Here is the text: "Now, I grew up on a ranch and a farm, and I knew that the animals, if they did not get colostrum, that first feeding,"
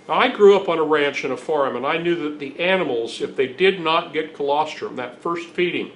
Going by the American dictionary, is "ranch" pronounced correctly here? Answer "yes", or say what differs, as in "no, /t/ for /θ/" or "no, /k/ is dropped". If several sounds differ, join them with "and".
yes